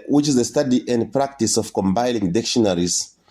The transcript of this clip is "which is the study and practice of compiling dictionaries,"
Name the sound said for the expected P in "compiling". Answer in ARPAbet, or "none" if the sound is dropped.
B